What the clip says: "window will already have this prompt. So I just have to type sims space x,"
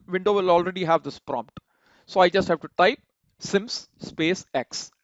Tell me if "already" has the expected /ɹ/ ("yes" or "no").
yes